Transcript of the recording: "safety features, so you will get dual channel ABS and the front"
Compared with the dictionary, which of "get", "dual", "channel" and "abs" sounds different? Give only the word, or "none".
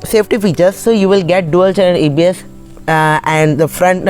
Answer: channel